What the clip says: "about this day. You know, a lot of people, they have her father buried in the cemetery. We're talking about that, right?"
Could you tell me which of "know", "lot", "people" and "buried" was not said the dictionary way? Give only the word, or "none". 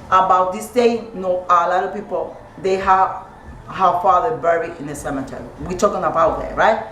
buried